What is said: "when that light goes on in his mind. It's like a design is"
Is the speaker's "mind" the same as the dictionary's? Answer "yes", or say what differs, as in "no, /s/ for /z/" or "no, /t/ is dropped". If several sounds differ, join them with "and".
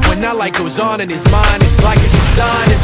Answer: yes